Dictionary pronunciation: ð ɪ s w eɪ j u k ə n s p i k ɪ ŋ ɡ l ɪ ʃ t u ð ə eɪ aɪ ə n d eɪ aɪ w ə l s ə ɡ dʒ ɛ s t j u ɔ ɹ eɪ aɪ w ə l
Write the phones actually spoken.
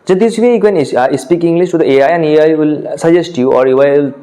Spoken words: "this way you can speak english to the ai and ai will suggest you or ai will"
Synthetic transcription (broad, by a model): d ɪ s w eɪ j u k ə n s p i k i ŋ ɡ l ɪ s t u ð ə eɪ aɪ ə n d eɪ aɪ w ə l s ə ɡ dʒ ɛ s t j u ɔ ɹ eɪ aɪ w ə l